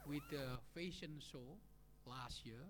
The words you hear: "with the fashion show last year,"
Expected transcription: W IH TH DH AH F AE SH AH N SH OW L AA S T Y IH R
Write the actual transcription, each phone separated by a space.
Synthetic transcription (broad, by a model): W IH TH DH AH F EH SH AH N S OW L AA S T Y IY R